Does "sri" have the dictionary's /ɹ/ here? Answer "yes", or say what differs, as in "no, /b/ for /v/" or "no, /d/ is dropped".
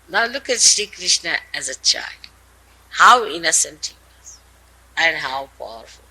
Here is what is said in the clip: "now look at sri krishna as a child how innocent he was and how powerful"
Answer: no, /ɹ/ is dropped